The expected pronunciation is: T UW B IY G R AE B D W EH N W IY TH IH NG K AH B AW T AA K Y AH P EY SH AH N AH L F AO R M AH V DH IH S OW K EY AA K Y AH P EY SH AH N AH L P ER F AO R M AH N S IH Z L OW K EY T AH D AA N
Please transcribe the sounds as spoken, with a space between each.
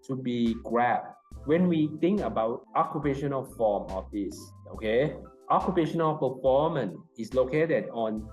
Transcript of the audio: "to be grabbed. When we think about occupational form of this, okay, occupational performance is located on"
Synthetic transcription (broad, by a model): T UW B IY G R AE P W EH N W IY T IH NG K AH B AW T AA K Y AH P EY SH AH N AH L F AO M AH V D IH S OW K EY AA K Y AH P EY SH AH N AH L P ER F AO M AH N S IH S L OW K EY T AH D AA N